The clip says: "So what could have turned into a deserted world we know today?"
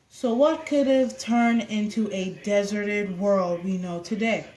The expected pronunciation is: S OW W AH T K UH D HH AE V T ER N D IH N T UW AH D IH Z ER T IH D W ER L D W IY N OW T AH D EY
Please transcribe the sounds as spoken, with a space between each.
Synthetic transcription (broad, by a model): S OW W AH T K UH D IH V T ER N IH N T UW AH D IH Z ER T IH D W ER L D W IY N OW T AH D EY